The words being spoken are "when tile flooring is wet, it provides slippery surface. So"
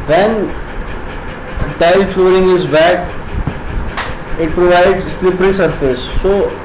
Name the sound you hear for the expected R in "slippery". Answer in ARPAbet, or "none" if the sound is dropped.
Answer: R